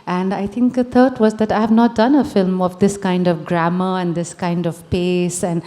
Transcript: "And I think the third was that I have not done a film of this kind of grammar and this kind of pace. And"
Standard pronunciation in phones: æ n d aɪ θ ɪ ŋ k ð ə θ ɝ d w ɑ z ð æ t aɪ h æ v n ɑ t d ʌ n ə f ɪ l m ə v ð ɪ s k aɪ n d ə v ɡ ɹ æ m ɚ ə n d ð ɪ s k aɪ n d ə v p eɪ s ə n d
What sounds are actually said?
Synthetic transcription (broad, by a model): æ n d aɪ t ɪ ŋ k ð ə t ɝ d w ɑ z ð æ t aɪ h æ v n ɑ t d ʌ n ə f ɪ l m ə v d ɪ s k aɪ n d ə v ɡ ɹ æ m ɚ ə n d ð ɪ s k aɪ n d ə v p eɪ s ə n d